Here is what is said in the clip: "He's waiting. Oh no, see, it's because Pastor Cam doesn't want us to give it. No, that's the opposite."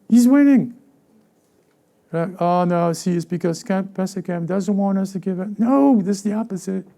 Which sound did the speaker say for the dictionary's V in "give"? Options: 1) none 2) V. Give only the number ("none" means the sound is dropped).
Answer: 2